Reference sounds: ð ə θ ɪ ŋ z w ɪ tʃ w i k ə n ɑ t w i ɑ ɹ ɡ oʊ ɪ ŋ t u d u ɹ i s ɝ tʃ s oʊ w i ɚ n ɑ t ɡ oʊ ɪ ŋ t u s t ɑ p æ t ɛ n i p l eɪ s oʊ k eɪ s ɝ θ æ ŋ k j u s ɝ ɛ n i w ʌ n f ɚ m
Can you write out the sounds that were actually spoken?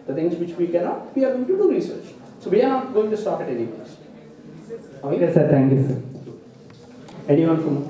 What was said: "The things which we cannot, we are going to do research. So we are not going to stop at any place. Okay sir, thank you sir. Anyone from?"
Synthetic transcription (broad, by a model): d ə t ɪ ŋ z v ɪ tʃ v i k ə n ɑ t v i ɑ ɹ ɡ oʊ ɪ ŋ t u d u ɹ i s ɝ tʃ s oʊ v i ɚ n ɑ t ɡ oʊ ɪ ŋ t u s t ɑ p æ t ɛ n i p eɪ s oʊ ɑ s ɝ t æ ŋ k j u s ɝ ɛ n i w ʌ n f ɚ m